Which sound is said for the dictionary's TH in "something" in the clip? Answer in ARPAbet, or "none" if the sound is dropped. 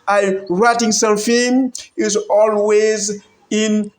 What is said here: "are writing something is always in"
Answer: F